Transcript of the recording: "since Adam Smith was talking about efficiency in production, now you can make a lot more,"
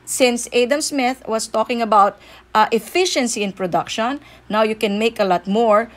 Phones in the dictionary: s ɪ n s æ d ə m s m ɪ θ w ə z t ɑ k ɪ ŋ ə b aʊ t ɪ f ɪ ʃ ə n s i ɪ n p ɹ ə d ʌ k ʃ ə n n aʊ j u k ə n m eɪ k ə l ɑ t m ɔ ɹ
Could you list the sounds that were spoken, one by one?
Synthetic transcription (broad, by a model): s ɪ n s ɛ d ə m s m ɪ θ w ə s t ɑ k ɪ ŋ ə b aʊ t ɪ f ɪ ʃ ə n s i ɪ n p ɹ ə d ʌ k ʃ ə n n aʊ j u k ə n m eɪ k ə l ɑ t m ɔ ɹ